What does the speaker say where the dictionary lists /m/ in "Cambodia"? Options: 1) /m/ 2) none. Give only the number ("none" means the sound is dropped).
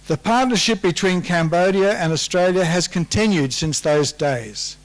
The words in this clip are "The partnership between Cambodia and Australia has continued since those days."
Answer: 1